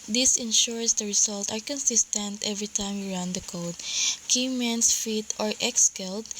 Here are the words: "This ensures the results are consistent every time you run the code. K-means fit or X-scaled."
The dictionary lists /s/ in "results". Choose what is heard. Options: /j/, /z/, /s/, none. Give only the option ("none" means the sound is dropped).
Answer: none